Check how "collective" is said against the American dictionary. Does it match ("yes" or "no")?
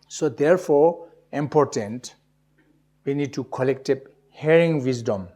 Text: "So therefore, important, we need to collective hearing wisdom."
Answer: no